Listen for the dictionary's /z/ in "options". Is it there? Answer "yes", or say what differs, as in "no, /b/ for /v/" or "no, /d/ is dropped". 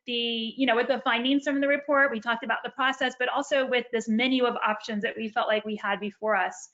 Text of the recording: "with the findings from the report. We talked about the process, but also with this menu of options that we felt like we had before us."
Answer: yes